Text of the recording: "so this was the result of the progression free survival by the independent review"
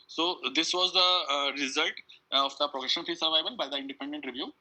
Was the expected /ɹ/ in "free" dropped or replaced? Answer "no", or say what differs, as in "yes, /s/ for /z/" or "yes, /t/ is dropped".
yes, /ɹ/ is dropped